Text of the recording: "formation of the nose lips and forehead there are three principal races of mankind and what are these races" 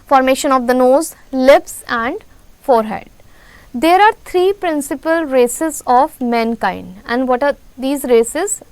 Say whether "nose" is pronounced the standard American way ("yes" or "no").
yes